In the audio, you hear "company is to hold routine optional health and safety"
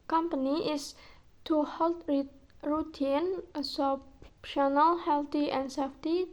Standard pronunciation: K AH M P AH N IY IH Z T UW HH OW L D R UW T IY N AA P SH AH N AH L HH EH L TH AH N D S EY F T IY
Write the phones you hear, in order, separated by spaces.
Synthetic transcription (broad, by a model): K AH M P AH N IY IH S T UW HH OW L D R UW T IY N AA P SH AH N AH L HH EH L T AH N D S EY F T IY